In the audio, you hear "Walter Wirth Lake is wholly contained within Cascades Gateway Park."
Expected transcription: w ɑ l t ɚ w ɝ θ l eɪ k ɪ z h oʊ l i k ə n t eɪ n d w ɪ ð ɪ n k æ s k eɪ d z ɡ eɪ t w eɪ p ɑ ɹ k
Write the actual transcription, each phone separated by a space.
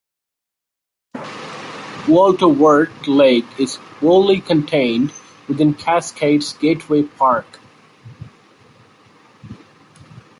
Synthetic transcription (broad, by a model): w ɑ l t ɚ w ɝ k l eɪ k ɪ z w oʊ l i k ə n t eɪ n d w ɪ ð ɪ n k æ s k eɪ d s ɡ eɪ t w eɪ p ɑ ɹ k